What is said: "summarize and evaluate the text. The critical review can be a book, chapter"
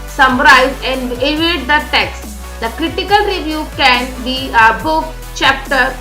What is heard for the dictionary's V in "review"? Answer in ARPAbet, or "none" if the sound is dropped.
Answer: V